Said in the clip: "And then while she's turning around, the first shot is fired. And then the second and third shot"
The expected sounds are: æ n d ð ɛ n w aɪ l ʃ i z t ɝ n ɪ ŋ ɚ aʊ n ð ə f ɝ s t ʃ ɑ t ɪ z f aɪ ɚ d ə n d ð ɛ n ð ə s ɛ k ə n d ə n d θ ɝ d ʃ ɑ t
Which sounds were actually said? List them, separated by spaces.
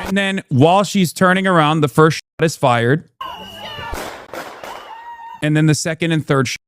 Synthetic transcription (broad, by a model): n ð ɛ n w aɪ l ʃ i z t ɝ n ɪ ŋ ɚ aʊ n ð ə f ɝ s t ʃ ɑ t ɪ z f aɪ ɚ d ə n ð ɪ n ð ə s ɛ k ə n d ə n θ ɝ d ʃ